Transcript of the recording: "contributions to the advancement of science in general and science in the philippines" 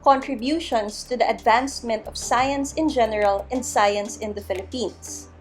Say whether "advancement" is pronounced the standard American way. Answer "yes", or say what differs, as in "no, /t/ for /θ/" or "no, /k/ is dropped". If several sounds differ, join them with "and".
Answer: yes